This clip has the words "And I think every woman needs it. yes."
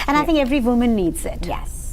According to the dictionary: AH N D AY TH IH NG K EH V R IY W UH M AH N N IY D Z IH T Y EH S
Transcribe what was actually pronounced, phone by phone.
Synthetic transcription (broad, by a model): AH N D AY TH IH NG K EH V R IY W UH M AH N N IY D Z IH T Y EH S